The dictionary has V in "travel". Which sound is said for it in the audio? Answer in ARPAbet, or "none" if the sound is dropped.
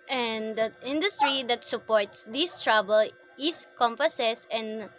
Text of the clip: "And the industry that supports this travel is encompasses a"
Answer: B